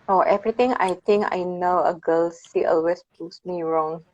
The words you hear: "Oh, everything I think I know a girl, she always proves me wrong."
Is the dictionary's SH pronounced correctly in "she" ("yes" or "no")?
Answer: no